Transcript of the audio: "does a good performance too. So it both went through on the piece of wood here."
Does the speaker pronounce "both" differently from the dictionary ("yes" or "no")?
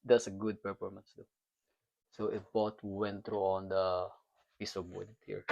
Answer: yes